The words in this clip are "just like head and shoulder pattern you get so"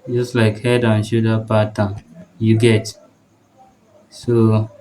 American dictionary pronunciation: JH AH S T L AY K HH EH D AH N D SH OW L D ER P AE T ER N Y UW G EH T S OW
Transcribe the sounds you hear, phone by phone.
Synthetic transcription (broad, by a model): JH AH S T L AY K HH EH D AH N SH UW D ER P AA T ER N Y UW G EH T S OW